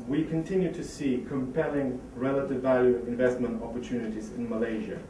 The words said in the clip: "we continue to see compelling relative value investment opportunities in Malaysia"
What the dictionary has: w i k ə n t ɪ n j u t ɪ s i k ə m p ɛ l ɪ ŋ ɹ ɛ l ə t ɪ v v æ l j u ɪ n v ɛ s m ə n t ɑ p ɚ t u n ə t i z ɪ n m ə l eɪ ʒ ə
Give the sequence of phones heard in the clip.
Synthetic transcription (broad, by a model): w i k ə n t ɪ n j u t ɪ s i k ə m p ɛ l ɪ ŋ ɹ ɛ l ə t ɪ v v æ l j u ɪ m v ɛ s m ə n t ɑ p ɚ t u n ə t i z ɪ n m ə l eɪ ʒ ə